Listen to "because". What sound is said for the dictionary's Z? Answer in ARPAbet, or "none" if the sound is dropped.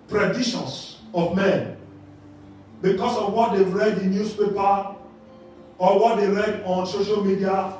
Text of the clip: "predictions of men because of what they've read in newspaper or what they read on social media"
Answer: S